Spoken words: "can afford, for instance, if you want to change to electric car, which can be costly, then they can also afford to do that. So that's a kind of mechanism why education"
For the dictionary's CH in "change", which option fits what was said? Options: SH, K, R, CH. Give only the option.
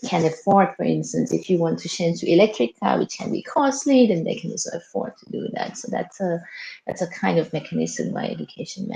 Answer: SH